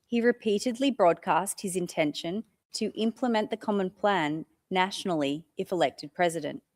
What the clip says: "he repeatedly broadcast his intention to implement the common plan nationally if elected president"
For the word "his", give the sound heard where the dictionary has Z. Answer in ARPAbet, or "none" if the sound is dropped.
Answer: Z